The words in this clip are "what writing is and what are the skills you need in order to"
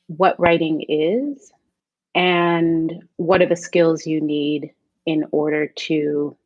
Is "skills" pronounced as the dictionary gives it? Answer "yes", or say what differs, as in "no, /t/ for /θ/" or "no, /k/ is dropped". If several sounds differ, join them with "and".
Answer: yes